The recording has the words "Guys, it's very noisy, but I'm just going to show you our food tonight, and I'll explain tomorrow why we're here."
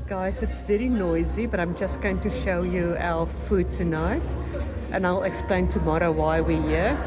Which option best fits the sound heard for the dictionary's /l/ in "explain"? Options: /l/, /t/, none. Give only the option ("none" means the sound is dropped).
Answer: /l/